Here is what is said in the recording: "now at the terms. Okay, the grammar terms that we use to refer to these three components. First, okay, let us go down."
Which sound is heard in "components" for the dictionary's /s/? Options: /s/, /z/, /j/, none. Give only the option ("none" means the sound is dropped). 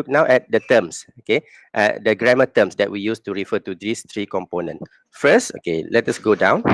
none